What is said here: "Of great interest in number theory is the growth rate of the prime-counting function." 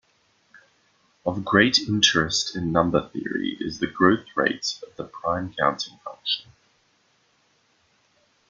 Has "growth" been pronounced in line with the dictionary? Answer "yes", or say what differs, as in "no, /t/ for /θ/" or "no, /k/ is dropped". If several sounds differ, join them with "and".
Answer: yes